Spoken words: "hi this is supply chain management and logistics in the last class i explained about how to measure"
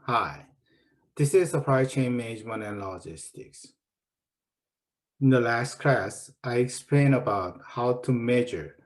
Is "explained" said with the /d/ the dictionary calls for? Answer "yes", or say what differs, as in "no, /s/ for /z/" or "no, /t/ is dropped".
no, /d/ is dropped